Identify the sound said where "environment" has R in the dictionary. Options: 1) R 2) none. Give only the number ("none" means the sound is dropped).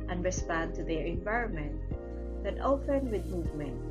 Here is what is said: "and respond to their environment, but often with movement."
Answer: 1